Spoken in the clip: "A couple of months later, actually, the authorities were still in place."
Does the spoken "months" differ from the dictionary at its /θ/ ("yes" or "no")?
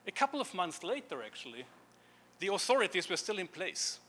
no